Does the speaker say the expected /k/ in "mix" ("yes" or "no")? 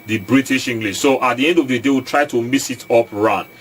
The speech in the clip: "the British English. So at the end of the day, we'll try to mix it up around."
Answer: no